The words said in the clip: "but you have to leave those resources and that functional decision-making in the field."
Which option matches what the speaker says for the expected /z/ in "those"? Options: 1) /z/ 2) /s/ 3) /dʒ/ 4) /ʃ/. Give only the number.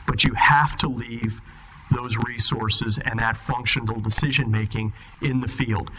1